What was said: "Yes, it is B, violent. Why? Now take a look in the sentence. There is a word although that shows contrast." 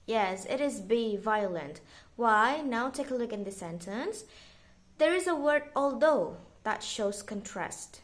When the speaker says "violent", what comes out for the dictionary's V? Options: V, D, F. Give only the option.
V